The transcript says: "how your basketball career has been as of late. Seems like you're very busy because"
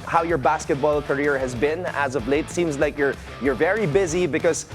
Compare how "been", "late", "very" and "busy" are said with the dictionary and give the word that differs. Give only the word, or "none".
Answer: none